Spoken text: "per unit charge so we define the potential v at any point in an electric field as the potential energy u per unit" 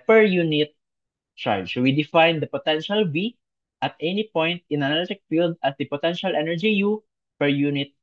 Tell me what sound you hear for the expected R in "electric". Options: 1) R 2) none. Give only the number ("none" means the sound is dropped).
2